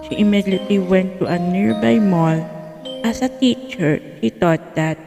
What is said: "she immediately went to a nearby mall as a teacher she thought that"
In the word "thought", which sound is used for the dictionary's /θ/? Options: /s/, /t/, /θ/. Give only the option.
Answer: /t/